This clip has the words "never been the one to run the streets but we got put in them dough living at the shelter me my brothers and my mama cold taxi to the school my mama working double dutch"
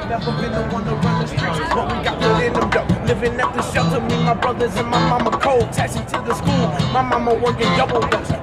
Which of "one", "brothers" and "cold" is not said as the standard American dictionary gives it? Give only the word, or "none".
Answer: none